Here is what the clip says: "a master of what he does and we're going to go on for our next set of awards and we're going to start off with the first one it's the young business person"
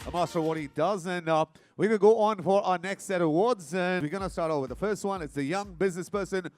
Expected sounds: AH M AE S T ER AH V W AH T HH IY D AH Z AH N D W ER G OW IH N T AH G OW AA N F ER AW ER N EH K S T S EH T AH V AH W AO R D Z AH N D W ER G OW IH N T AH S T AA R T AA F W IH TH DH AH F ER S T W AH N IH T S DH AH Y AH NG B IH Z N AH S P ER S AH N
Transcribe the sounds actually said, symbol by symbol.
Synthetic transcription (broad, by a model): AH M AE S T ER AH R W AH T HH IY D AH Z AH N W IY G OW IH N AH G OW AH N F ER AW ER N EH K S T S EH T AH AH W AO R D Z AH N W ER G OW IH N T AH S T AA R T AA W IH DH AH F ER S T W AH N IH T S DH AH Y AH NG B IH Z N AH S P ER S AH N